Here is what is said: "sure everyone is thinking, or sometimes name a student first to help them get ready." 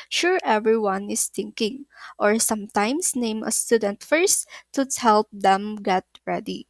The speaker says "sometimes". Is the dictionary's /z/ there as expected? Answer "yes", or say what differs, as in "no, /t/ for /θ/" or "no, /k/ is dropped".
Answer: no, /s/ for /z/